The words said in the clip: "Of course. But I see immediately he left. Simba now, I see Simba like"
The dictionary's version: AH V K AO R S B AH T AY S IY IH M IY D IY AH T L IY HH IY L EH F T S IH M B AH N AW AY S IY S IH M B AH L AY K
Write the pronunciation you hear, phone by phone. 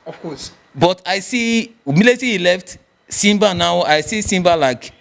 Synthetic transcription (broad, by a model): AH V K AO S B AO T AY S IY M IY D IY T IY HH IY L EH F T S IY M B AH N AW AY S IY S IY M B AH L AY K